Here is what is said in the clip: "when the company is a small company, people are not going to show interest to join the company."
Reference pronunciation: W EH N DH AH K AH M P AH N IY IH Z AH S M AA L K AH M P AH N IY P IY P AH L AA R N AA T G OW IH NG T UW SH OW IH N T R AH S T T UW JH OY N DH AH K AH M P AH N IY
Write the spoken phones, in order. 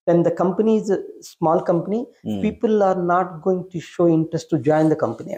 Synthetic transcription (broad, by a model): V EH N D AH K AH M P AH N IY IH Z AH S M AA L K AH M P AH N IY P IY P AH L AA R N AA T G OW IH NG T UW SH OW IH N T R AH S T T UW JH OY N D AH K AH M P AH N IY